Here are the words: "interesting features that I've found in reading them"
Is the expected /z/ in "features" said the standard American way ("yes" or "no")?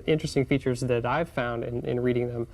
yes